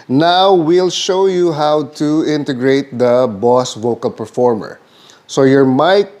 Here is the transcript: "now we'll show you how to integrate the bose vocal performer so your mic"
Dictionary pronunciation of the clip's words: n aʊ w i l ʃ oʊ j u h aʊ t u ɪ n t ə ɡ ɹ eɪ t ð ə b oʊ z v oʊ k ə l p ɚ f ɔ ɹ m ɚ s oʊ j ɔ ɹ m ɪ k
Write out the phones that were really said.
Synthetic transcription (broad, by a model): n aʊ w i l ʃ oʊ j u h aʊ t u ɪ n t ə ɡ ɹ eɪ t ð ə b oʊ s v oʊ k ə l p ɚ f ɔ ɹ m ɚ s oʊ j ɔ ɹ m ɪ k